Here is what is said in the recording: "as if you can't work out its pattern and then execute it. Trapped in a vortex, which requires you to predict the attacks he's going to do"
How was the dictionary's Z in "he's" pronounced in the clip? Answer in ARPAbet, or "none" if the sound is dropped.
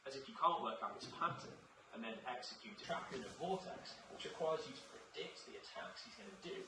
Z